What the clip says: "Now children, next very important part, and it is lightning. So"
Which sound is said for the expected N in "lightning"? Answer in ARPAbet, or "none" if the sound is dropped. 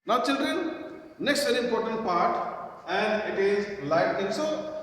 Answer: none